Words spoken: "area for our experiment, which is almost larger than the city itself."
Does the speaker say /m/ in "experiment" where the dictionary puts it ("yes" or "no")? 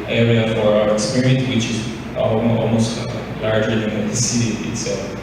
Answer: no